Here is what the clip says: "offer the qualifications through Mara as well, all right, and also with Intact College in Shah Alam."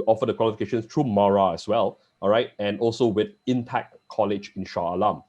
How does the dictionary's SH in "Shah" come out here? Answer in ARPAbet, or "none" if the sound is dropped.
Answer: SH